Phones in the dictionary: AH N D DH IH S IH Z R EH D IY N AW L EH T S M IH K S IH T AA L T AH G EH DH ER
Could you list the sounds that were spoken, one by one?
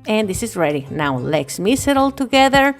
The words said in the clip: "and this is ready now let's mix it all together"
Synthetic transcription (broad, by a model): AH N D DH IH S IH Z R EH D IY N AW L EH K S M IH S IH T AA L T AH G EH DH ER